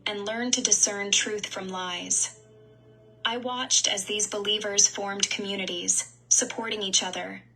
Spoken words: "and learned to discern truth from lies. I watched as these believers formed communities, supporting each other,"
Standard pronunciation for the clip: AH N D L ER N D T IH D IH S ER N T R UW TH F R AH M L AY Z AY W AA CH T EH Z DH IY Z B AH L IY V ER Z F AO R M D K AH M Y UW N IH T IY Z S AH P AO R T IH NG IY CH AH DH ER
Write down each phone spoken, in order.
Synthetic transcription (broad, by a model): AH N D L ER N T IH D IH S ER N T R UW TH F R AH M L AY Z AY W AA CH T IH Z DH IY Z B AH L IY V ER Z F AO R M D K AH M Y UW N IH T IY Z S AH P AO R T IH NG IY CH AH DH ER